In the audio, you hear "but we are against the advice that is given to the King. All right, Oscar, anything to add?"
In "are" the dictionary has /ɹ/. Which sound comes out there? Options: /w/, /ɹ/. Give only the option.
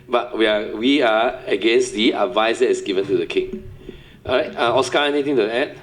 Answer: /w/